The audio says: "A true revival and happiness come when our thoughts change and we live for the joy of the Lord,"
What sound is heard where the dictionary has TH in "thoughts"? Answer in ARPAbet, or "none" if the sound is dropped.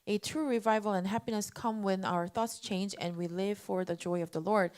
TH